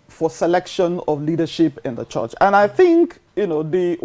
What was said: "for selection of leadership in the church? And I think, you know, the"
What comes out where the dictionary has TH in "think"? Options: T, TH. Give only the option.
TH